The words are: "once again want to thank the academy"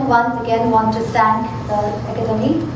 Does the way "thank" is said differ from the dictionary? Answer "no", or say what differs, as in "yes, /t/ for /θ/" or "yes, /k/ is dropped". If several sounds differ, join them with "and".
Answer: yes, /t/ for /θ/